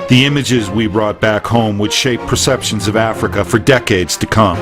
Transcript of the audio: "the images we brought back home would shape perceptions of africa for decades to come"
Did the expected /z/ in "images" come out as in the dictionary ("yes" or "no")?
yes